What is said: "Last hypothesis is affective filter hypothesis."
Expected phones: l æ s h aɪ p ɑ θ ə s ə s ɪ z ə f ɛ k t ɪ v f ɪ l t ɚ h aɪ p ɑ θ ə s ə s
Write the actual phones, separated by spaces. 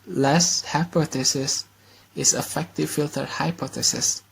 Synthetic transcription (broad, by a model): l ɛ s h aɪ p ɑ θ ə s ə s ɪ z ə f ɛ k t ɪ v f ɪ l t ɚ h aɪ p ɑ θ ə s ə s